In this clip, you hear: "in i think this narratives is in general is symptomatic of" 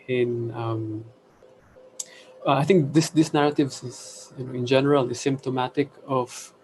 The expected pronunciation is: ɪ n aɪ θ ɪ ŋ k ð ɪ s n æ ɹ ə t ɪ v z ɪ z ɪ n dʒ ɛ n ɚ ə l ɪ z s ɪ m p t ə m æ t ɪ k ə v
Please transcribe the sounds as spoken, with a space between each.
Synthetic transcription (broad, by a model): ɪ n aɪ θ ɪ ŋ k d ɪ s n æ ɹ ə t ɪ v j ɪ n ɪ n dʒ ɛ n ɚ ə l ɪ s ɪ m p t ə m æ t ɪ k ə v